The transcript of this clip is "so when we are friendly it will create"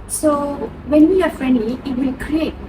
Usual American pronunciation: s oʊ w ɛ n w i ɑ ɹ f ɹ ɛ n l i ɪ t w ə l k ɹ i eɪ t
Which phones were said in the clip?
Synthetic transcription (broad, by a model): s oʊ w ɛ n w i ɑ ɹ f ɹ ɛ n i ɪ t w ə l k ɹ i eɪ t